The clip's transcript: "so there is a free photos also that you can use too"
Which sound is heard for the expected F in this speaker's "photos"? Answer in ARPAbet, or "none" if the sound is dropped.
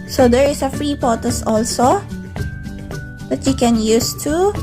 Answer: P